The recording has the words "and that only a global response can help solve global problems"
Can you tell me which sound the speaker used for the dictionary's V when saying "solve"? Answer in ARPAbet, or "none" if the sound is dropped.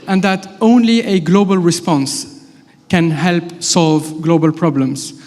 V